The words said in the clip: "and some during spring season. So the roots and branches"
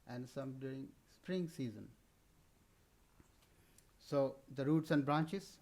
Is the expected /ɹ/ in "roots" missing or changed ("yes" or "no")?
no